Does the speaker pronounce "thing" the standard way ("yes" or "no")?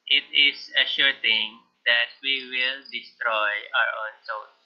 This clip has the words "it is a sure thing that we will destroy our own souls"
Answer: no